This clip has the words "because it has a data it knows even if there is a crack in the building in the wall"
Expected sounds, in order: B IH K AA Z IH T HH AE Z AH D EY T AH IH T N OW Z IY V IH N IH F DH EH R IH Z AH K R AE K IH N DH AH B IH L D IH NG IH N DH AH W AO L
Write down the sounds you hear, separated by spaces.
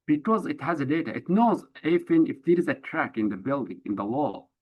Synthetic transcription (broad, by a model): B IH K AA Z IH T HH AE Z AH D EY T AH IH T N OW Z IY F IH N IH F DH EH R IH Z AH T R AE K IH N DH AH B IH L D IH NG IH N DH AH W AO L